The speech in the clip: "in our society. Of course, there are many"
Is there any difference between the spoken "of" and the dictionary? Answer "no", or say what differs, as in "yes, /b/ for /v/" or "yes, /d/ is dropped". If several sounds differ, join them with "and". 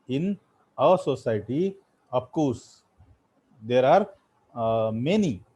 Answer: yes, /p/ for /v/